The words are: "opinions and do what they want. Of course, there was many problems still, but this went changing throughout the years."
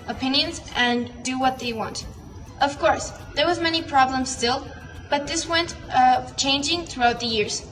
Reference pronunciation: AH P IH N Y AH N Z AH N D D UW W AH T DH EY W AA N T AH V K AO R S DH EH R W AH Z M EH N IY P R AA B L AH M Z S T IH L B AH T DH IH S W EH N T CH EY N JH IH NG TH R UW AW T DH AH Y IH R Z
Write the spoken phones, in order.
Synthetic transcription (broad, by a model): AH P IH N Y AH N Z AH N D D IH W AH T DH EY W AA N T AH V K AO R S DH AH R W AH Z M EH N IY P R AA B L AH M Z S T IH L B AH T DH IH S W EH N T CH EY N JH IH NG TH R UW AW T DH AH Y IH R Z